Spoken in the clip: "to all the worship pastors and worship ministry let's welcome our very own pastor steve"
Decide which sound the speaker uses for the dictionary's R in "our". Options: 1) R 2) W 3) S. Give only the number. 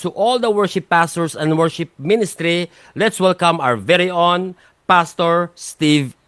2